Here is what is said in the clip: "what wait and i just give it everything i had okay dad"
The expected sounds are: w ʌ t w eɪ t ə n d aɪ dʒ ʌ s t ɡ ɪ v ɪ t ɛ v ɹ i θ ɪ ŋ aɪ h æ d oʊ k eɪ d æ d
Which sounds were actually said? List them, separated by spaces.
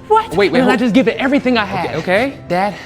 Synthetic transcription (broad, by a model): w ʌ t w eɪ ə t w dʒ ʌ s ɡ ɪ v ɪ t ɛ v ɹ i θ ɪ ŋ aɪ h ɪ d oʊ k eɪ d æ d